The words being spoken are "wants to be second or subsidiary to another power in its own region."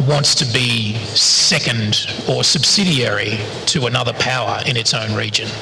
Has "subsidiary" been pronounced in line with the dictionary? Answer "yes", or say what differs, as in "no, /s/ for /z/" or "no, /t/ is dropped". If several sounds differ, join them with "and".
yes